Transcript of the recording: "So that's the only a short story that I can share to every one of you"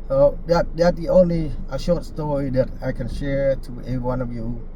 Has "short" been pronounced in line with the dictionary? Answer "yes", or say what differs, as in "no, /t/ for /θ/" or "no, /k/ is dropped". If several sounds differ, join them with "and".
yes